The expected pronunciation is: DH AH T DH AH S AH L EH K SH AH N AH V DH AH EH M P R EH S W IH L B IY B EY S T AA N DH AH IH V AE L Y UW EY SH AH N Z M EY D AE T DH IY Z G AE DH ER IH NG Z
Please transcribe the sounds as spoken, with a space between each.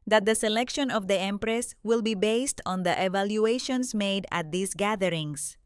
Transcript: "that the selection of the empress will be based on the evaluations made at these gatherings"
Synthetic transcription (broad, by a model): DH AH T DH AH S AH L EH K SH AH N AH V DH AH EH M P R EH S W IH L B IY B EY S T AA N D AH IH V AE L Y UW EY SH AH N S M EY D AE T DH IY S G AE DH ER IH NG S